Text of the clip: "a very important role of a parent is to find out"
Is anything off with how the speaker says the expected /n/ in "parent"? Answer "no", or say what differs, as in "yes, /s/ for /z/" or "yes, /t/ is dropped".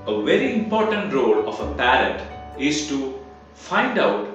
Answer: yes, /n/ is dropped